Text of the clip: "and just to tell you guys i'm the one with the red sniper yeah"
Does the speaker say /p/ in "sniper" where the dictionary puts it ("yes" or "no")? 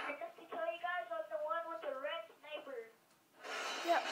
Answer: no